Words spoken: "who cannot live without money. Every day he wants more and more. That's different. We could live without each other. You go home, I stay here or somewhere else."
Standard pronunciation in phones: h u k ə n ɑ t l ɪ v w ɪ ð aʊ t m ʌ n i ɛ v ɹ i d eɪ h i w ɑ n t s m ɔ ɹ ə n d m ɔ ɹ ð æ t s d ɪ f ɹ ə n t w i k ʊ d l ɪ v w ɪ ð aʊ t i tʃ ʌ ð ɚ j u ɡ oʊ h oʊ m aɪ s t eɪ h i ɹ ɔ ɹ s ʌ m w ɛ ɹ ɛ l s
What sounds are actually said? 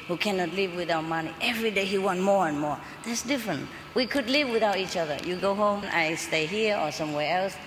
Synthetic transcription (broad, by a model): h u k ə n ɑ t l ɪ v w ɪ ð aʊ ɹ m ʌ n i ɛ v ɹ i d eɪ h i w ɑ n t m ɔ ɹ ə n m ɔ ɹ ð æ t s d ɪ f ɹ ə n t w i k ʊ d l ɪ v w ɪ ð aʊ t i tʃ ʌ ð ɚ j u ɡ oʊ h oʊ m aɪ s t eɪ h i ɹ ɔ ɹ s ʌ m w ɛ ɹ ɛ l s